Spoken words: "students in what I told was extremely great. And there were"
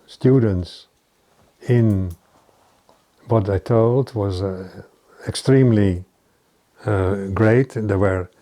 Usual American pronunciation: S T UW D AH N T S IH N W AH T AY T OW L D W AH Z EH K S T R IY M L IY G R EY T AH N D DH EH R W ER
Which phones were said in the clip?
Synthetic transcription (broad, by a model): S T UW D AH N T S IH N W AH T AY T OW L D W AH Z EH K S T R IY M L IY G R EY AH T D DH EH W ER